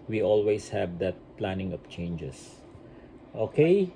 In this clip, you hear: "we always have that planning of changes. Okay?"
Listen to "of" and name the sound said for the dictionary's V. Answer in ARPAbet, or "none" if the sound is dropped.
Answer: P